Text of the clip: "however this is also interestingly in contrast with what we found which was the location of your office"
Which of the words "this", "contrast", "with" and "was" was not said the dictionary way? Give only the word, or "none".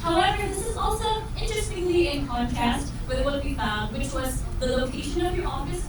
contrast